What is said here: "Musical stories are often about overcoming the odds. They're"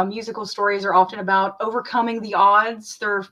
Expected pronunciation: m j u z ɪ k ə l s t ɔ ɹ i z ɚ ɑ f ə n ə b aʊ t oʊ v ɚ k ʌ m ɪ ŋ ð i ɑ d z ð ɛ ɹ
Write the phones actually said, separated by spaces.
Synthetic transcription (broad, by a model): m j u z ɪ k l s t ɔ ɹ i z ɚ ɑ f ə n ə b aʊ t oʊ v ɚ k ʌ m ɪ ŋ ð i ɑ d z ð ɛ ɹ